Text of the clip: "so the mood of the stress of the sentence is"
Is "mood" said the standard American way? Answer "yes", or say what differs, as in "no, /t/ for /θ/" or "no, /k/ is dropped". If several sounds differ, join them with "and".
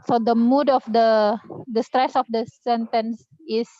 yes